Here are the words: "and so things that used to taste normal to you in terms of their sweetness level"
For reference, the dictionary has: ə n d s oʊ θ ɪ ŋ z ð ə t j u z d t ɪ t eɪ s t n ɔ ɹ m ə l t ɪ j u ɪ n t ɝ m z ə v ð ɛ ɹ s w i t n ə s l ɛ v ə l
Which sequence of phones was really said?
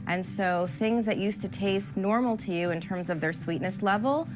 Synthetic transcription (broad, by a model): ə n s oʊ θ ɪ ŋ z ð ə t j u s t ɪ t eɪ s t n ɔ ɹ m l t ɪ j u ɪ n t ɝ m z ə v ð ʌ ɹ s w i t n ə s l ɛ v l